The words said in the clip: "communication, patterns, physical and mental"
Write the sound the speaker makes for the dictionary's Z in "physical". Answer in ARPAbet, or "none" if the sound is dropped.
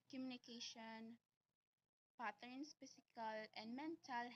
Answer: S